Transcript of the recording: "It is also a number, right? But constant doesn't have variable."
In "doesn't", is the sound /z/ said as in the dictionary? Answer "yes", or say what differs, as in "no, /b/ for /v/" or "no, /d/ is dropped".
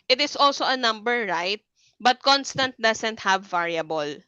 no, /s/ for /z/